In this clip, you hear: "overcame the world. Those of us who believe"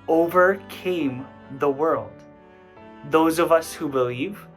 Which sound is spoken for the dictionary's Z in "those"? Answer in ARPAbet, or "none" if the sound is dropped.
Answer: Z